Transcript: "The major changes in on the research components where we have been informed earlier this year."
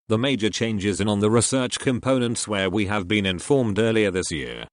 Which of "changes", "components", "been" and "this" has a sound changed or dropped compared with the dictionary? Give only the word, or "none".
none